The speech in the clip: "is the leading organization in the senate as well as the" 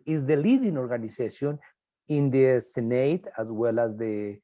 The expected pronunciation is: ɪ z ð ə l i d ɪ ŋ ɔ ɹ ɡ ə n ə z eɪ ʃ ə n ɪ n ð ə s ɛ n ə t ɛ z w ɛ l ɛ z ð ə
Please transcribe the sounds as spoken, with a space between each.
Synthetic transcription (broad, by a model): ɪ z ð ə l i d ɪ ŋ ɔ ɹ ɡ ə n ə s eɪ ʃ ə n ɪ n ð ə s ɛ n ə t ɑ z w ɛ l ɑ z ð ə